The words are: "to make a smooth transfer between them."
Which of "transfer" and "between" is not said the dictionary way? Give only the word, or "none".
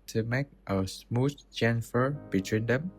transfer